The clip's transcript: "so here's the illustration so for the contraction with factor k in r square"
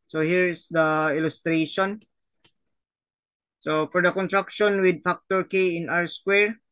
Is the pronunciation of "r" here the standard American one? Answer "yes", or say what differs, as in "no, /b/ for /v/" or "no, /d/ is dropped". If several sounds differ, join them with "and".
yes